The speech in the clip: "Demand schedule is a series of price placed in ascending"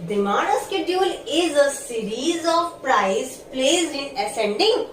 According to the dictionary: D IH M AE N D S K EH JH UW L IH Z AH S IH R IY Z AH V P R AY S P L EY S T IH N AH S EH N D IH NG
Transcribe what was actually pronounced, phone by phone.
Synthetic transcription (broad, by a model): D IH M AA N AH S K EH JH UW L IH Z AH S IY R IY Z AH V P R AY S P L EY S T IH N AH S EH N D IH NG